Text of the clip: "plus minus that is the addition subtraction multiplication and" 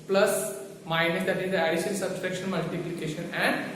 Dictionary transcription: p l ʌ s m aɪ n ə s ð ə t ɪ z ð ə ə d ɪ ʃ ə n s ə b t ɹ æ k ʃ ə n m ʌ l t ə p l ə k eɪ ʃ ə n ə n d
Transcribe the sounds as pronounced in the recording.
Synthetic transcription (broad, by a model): p l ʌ s m aɪ n ə s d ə t ɪ z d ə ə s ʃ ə l s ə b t ɹ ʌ k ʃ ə n m ʌ l t ə p l ə k eɪ ʃ ə n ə n d